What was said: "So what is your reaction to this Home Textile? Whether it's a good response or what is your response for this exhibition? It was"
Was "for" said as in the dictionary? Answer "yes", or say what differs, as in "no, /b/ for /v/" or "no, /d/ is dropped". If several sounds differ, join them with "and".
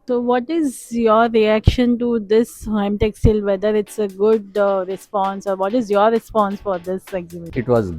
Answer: yes